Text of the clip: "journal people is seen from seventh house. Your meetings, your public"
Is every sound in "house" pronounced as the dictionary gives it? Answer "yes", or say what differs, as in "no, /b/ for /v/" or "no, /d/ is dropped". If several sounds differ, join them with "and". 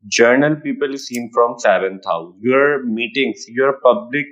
no, /s/ is dropped